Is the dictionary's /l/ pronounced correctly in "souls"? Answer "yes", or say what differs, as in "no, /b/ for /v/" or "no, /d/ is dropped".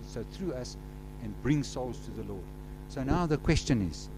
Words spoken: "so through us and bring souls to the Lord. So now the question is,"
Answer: yes